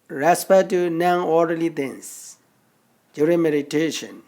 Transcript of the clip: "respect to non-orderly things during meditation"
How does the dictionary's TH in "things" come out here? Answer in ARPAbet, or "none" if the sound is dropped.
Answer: T